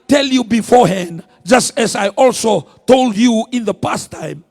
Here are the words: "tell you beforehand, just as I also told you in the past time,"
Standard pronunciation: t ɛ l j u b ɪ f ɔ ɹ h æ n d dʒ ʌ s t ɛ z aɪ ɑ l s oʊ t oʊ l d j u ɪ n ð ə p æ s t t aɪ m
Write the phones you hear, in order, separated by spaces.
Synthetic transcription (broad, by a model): t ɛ l j u b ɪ f ɔ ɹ h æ n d dʒ ʌ s t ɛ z aɪ ɑ l s oʊ t oʊ l d j u ɪ n ð ə p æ s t t aɪ m